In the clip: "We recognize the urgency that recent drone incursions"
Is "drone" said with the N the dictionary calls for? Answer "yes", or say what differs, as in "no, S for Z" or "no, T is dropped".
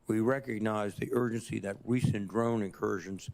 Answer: yes